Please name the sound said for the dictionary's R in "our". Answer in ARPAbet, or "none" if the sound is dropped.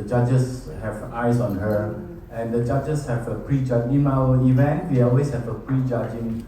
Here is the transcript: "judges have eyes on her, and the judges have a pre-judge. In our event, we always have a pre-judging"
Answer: W